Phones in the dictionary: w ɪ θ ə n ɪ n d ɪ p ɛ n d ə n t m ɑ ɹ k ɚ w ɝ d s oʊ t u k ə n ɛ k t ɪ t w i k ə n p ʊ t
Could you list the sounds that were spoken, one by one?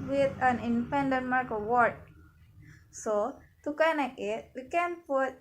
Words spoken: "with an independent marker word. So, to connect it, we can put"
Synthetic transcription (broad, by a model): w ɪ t ə n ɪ n d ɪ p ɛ n d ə n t m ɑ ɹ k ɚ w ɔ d s oʊ t u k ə n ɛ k ɪ t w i k ə n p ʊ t